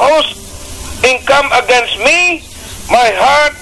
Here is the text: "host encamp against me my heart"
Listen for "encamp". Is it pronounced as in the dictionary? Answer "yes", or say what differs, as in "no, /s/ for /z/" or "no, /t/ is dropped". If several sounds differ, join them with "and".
no, /p/ is dropped